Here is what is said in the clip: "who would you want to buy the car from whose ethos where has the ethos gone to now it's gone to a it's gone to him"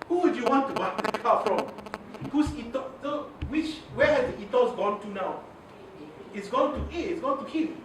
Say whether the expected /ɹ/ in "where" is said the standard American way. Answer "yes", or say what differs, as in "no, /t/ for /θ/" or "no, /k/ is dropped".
no, /w/ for /ɹ/